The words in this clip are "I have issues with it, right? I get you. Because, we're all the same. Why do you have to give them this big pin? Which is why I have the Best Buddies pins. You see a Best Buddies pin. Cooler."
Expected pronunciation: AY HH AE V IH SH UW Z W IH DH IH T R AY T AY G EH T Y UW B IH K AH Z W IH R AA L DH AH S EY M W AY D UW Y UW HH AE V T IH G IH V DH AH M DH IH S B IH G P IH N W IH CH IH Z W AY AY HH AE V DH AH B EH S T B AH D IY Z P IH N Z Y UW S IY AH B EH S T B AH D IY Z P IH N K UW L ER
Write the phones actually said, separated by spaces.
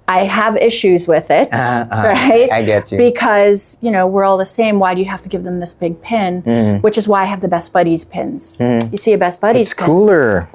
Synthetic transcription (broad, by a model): AY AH V IH SH UW Z W IH DH IH T R AY T AY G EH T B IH K AH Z W IH R AA L DH AH S EY M W AY D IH Y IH HH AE F T IH G IH V DH AH M DH IH S B IH G P IH N W IH CH IH Z W AY AY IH V DH AH B EH S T B AH D IY Z P IH N Z Y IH S IY AH B EH S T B AH D IY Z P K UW L ER